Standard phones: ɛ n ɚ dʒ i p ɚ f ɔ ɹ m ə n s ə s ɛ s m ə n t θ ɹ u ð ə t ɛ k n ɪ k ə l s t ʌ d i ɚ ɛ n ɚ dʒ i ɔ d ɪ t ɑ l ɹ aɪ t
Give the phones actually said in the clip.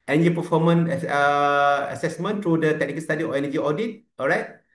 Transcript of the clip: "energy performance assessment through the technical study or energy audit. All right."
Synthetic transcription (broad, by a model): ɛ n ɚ dʒ i p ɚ f ɔ m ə n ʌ ə s ɛ s m ə n t ɹ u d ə t ɛ k n ɪ k ə l s t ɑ d i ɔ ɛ n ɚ dʒ i ɔ d ɪ t ɑ l ɹ aɪ t